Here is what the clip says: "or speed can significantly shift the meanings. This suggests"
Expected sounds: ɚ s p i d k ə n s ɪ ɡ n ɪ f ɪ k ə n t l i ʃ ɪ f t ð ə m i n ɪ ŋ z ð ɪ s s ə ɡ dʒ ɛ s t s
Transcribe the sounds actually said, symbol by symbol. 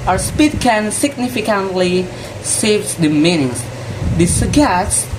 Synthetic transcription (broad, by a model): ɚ s p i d k ə n s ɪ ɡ n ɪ f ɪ k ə n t l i s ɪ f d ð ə m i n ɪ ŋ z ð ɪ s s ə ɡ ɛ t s